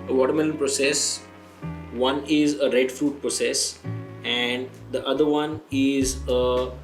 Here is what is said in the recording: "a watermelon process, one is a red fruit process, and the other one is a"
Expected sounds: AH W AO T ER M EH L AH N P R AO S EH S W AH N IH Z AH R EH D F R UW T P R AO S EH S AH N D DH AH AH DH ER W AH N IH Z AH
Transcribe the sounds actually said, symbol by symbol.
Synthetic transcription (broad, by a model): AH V AO T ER M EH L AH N P R AO S EH S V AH N IH Z AH R EH D F R UW T P R AO S EH S AH N D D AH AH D ER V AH N IH Z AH